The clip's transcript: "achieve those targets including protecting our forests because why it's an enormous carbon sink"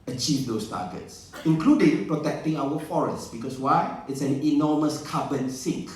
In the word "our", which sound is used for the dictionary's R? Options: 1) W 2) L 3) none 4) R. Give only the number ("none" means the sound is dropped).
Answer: 1